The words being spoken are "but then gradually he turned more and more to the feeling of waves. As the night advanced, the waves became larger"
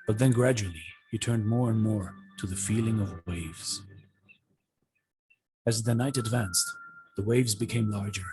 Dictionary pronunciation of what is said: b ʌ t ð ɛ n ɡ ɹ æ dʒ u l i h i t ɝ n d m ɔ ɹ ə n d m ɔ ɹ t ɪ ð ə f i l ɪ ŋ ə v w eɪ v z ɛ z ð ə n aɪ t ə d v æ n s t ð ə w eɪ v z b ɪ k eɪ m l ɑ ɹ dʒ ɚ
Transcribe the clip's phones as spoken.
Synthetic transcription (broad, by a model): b ʌ t ð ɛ n ɡ ɹ æ dʒ u l i h i t ɝ n d m ɔ ɹ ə n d m ɔ ɹ t ɪ ð ə f i l ɪ ŋ ə v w eɪ v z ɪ z ð ə n aɪ t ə d v æ n s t ð ə w eɪ v z b ɪ k eɪ m l ɑ ɹ dʒ ɚ